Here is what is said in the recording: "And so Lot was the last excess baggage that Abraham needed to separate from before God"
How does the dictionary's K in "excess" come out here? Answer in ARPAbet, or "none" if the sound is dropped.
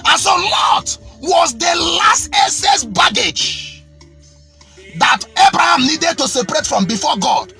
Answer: none